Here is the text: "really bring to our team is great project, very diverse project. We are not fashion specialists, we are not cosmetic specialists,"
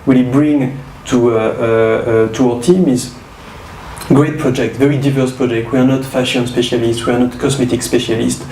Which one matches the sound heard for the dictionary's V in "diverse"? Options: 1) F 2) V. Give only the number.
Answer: 2